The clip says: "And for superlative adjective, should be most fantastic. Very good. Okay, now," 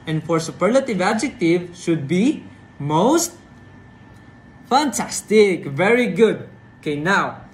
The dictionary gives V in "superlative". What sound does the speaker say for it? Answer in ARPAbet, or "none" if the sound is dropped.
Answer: V